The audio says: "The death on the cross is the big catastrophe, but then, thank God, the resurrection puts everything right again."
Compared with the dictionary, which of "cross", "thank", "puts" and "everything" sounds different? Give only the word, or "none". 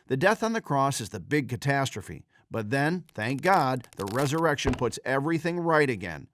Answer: none